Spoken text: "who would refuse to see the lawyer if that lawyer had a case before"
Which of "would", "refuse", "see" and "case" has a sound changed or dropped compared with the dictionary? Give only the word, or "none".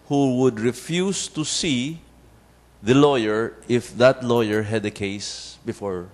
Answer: refuse